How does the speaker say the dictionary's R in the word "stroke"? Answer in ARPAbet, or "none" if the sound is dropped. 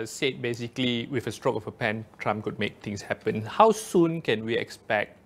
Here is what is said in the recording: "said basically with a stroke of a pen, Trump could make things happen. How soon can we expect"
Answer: R